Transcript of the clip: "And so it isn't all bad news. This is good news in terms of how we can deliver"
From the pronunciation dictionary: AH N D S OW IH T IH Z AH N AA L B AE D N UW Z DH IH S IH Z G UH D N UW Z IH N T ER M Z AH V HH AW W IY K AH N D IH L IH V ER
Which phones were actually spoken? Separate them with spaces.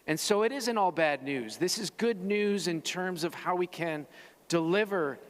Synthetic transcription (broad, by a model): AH N S OW IH T IH Z AH N AA L B AE D N UW Z DH IH S IH Z G UH D N UW Z IH N T ER M Z AH V HH AW W IY K AH N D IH L IH V ER